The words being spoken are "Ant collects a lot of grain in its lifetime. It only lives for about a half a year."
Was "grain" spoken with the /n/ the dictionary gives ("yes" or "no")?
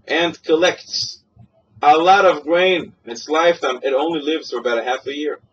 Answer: no